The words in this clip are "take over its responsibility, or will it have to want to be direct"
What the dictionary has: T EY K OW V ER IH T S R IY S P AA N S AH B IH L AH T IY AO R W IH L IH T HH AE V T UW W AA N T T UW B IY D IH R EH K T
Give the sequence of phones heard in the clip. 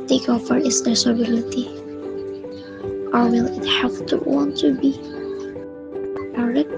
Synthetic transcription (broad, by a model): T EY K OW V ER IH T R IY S AA S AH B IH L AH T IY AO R W IH L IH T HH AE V T UW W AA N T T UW B IY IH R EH